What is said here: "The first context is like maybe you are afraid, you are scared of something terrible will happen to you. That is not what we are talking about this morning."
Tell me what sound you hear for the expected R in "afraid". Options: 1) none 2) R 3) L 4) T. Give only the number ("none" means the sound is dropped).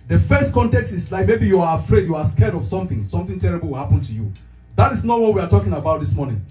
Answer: 2